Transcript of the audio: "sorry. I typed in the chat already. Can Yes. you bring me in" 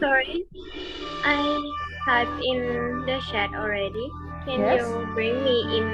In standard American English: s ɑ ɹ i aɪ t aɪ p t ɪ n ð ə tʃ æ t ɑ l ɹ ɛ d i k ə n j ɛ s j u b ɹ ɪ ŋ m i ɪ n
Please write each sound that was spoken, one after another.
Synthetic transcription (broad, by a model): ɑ ɹ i t aɪ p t ɪ n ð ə ʃ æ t ɑ l ɹ ɛ d i k ə n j j u b ɹ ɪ ŋ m i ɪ n